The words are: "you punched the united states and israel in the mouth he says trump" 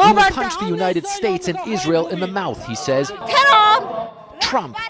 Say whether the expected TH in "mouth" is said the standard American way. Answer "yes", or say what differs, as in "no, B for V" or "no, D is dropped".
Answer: yes